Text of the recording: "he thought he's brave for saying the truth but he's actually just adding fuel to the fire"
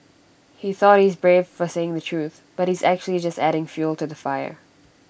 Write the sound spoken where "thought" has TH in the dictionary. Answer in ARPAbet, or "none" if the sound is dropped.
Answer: TH